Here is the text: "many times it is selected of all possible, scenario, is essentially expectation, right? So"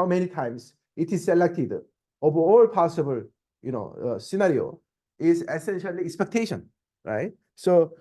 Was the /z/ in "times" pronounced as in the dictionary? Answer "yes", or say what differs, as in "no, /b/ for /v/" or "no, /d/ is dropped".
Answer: no, /s/ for /z/